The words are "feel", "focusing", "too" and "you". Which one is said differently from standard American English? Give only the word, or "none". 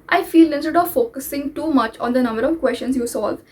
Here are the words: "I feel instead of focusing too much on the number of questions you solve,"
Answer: none